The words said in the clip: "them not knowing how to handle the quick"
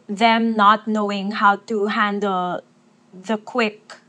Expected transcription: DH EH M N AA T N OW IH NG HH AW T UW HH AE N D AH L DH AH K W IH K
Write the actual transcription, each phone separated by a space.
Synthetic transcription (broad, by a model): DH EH M N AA T N OW IH NG HH AW T UW HH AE N D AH L DH AH K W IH K